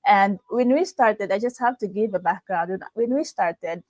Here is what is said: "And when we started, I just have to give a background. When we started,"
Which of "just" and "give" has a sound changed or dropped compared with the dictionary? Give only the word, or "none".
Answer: none